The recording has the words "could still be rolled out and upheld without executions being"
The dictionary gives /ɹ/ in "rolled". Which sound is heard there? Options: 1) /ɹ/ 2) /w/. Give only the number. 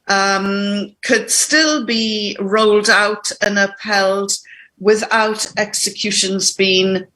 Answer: 1